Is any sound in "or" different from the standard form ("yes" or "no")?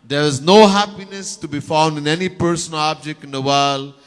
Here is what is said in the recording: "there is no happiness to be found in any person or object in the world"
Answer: yes